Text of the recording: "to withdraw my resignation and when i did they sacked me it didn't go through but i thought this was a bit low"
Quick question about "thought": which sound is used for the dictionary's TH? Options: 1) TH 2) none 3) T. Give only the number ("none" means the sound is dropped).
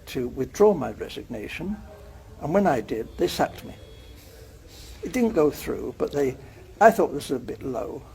1